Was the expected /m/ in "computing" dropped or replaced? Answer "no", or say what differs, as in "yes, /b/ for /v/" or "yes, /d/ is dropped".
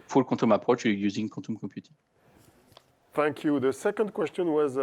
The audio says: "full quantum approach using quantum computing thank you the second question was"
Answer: yes, /m/ is dropped